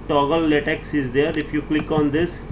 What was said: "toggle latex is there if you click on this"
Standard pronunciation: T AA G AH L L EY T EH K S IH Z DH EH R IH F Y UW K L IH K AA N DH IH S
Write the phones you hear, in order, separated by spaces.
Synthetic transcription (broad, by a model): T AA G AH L L EY T EH K S IH Z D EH R IH F Y UW K L IH K AA N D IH S